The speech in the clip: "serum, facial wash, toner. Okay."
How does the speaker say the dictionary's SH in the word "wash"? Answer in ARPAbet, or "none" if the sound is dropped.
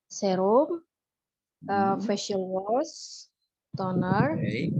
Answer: S